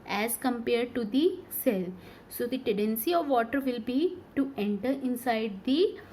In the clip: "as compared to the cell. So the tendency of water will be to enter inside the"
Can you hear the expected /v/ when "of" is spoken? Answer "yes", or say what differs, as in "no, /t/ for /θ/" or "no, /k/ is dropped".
yes